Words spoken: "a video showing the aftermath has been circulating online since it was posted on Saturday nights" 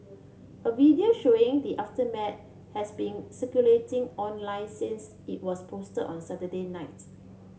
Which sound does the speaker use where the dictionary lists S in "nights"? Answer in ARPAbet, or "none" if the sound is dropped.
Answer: none